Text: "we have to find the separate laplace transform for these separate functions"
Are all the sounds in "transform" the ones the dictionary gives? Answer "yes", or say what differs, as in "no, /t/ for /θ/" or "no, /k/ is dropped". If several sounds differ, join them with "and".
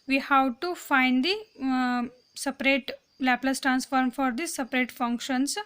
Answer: yes